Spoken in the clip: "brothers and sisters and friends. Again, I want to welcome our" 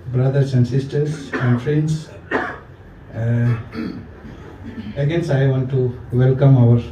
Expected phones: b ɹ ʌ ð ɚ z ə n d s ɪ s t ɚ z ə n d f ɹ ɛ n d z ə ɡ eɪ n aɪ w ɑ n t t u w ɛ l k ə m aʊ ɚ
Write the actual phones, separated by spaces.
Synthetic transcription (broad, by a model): b ɹ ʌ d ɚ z ə n d s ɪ s t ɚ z ə n d f ɹ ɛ n d s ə ɡ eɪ n aɪ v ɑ n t t u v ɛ l k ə m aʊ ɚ